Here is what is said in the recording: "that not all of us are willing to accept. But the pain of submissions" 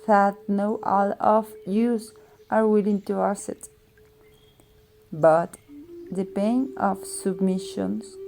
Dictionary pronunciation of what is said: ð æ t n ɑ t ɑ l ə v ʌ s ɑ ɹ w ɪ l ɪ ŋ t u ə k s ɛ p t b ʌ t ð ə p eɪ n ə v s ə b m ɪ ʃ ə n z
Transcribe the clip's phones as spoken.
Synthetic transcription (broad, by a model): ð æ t n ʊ t ɑ l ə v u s ɑ ɹ w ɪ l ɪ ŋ t u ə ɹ s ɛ t b ʌ t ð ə p eɪ n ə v s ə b m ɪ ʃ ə n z